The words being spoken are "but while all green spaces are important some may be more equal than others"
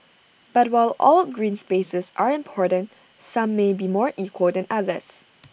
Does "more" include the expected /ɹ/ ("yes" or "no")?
yes